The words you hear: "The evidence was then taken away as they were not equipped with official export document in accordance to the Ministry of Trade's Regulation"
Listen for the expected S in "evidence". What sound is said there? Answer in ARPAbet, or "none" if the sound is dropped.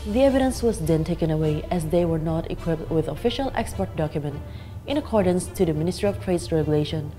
S